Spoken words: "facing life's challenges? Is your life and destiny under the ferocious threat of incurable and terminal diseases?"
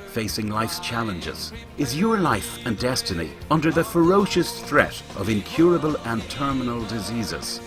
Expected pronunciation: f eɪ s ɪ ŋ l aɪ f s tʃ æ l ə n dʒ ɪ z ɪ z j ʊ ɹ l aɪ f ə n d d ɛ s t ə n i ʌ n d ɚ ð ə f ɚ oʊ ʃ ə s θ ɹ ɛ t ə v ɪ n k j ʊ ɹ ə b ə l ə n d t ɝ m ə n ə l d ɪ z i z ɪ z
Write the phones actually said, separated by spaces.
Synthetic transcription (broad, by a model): f eɪ s ɪ ŋ l aɪ f s tʃ æ l ə n dʒ ɪ z ɪ z j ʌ ɹ l aɪ f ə n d d ɛ s t ə n i ʌ n d ɚ ð ə f ɚ oʊ ʃ ə s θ ɹ ɛ t ə v ɪ n k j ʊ ɹ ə b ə l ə n t ɝ m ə n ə l d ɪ z i z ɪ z